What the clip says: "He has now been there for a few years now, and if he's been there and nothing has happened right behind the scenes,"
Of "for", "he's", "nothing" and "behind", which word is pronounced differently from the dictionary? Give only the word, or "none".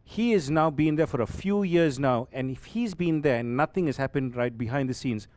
nothing